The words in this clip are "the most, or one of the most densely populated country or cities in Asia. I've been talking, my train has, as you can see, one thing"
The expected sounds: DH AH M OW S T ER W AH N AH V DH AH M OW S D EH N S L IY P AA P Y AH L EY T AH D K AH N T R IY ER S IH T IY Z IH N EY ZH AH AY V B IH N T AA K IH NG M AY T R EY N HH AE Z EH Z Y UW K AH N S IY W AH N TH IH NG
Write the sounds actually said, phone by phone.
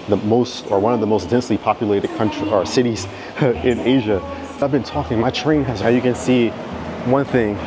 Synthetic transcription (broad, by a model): DH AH M OW S T ER W AH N AH V DH AH M OW S D EH N S L IY P AA P Y AH L EY T AH D K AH N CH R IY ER S IH T IY Z IH N EY ZH AH AY V B IH N T AA K IH NG M AY T R EY N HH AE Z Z Y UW K AH N S IY W AH N TH IH NG